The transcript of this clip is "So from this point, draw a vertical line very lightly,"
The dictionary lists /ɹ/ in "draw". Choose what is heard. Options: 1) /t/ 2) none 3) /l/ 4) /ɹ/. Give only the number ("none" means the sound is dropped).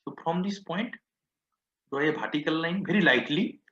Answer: 2